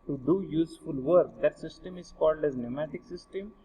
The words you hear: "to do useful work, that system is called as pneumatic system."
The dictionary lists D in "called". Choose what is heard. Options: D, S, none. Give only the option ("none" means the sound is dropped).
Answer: D